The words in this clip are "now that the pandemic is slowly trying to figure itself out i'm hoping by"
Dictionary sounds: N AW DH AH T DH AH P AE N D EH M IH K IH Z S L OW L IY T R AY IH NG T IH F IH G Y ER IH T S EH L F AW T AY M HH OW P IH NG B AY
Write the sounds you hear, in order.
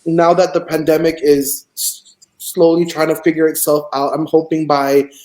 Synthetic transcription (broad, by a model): N AW DH AH T DH AH P AE N D EH M IH K IH Z S L OW L IY T R AY IH NG T IH F IH G Y ER IH T S EH L F AW T AY M HH OW P IH NG B AY